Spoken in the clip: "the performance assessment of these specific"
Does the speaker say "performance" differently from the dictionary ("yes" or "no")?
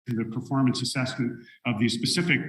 no